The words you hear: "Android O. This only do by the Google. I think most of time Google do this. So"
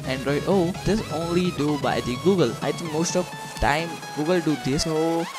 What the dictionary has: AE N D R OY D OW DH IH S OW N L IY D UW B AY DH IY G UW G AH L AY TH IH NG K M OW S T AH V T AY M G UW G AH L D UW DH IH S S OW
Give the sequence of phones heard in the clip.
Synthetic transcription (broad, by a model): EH N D R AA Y OW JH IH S OW N L IY D UW B AY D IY G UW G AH L AY T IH NG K M OW S T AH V T AY M G UW G AH L D UW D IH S S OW